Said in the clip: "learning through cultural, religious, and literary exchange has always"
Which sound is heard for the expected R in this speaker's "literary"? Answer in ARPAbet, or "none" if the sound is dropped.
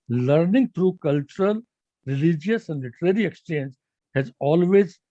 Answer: R